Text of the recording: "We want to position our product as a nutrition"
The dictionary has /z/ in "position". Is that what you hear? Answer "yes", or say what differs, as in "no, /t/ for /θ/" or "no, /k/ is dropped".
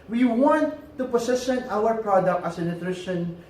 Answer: no, /s/ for /z/